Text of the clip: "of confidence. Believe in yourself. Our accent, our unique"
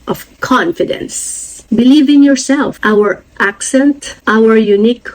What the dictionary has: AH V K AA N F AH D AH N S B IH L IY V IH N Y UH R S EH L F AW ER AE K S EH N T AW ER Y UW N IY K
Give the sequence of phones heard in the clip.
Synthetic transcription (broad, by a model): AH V K AA N F AH D AH N S B IH L IY V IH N Y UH R S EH L F AW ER AE K S EH N T AW ER Y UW N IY K